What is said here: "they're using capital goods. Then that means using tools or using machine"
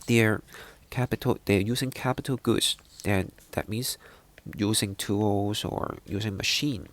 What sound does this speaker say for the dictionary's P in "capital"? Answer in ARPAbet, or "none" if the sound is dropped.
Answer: P